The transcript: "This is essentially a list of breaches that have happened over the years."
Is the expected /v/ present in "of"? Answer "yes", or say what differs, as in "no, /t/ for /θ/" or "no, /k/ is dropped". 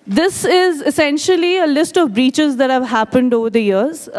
yes